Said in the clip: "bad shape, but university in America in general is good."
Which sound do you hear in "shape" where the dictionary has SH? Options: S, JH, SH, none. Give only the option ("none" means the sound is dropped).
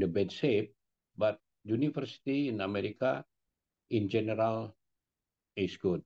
S